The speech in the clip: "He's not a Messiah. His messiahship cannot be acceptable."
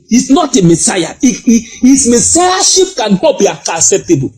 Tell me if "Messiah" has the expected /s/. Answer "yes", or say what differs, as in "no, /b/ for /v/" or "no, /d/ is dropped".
yes